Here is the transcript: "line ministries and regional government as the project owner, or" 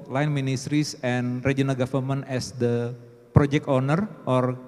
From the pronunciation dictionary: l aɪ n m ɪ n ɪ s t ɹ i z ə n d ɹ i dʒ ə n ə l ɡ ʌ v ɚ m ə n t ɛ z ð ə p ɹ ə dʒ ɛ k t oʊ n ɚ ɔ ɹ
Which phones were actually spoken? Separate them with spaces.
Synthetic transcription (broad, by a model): l aɪ n m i n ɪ s t ɹ i s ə n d ɹ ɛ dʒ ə n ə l ɡ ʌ f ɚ m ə n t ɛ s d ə p ɹ ə dʒ ɛ k t oʊ n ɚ ɔ ɹ